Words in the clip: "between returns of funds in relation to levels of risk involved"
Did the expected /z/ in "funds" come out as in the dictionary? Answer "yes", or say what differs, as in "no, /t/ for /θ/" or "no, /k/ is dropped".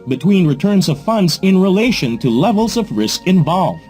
yes